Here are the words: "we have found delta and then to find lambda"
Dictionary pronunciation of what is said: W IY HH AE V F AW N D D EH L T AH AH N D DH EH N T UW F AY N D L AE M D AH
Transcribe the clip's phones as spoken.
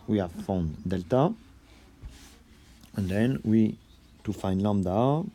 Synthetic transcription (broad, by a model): W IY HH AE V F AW N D D EH L T AH AH N D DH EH N T UW F AY N D L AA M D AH